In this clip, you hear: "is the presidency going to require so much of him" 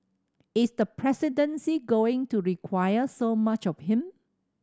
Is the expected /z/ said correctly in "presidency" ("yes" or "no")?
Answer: no